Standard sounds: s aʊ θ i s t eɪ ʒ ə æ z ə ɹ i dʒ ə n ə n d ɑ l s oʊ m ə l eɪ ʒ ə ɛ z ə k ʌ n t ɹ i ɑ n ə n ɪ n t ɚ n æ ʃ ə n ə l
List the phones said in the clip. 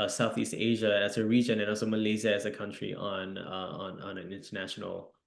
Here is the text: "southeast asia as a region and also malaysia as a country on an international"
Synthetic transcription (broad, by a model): s aʊ θ i s t eɪ ʒ ə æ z ə ɹ i dʒ ə n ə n ɑ l s oʊ m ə l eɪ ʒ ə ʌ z ə k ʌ n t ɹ i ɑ n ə n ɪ n t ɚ n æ ʃ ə n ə l